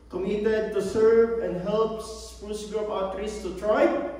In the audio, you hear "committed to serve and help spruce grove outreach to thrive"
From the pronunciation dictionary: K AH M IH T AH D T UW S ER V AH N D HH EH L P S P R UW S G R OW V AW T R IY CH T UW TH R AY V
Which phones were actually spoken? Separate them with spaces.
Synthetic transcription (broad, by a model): K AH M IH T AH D T UW S ER V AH N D HH EH L P S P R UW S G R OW P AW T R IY S T UW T R AY